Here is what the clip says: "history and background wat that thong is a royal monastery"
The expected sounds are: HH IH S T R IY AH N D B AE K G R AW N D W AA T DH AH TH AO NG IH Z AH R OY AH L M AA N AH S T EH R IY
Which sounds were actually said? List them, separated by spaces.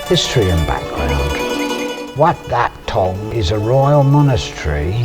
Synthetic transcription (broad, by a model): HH IH S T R IY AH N B AE K G R AW N D W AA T DH AH T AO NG IH Z AH R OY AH L M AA N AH S T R IY